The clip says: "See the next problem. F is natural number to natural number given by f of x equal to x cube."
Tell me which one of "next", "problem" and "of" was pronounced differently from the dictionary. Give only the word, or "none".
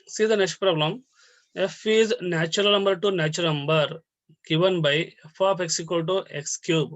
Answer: of